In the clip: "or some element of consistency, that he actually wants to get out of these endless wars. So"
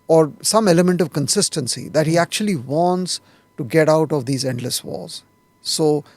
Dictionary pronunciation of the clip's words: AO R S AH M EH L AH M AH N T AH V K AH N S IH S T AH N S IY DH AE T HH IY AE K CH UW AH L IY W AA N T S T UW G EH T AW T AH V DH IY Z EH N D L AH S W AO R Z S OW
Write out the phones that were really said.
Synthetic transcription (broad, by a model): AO R S AH M EH L AH M AH N T AH V K AH N S IH S T AH N S IY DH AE T HH IY AE K CH UW AH L IY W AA N T S T UW G EH T AW T AH V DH IY Z EH N D L AH S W AO L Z S OW